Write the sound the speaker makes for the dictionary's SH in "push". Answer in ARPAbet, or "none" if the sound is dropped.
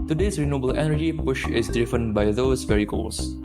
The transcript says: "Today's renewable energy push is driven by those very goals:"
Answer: SH